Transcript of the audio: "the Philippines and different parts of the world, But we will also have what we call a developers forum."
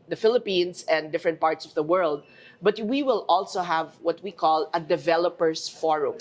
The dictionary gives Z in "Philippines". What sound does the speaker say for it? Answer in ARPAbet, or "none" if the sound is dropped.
S